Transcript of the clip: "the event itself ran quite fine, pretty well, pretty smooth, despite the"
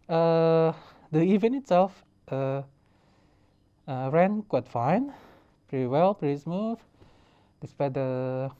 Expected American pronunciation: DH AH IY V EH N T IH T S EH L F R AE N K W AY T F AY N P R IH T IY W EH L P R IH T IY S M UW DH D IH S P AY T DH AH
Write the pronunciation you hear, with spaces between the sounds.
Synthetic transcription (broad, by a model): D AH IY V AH N IH T S EH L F R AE N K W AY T F AY N P R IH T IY W EH L P R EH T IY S M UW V D IH S P AY T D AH